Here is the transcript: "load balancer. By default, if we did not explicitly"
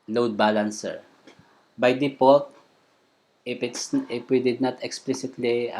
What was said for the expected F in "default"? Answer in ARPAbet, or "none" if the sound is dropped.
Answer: P